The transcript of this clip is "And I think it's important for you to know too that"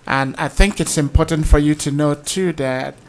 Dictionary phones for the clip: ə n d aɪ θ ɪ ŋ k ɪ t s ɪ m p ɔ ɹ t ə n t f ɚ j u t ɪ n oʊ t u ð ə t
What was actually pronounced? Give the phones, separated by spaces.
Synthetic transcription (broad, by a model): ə n aɪ θ ɪ ŋ k ɪ t s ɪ m p ɔ ɹ t n t f ɚ j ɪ t ɪ n oʊ t u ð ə t